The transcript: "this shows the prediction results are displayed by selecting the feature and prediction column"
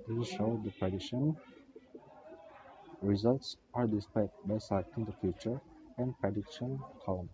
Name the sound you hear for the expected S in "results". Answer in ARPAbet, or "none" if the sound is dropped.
S